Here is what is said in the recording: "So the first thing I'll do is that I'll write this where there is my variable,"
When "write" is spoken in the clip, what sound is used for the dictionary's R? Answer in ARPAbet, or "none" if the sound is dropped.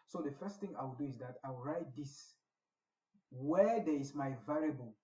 R